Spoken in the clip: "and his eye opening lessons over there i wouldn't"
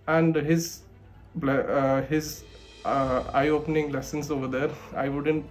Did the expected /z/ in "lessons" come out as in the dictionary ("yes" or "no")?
no